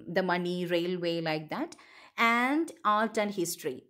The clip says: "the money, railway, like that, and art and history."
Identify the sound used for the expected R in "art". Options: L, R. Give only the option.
L